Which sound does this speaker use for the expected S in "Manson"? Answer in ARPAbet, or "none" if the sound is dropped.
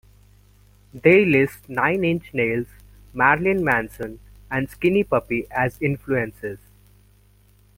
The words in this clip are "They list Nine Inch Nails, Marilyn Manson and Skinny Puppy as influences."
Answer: S